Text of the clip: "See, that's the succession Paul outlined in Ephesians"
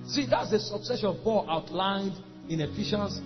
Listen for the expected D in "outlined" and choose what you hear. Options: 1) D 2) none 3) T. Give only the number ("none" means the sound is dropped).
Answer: 1